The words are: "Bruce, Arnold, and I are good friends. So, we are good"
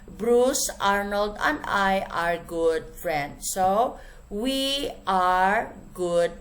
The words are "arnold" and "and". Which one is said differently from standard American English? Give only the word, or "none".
none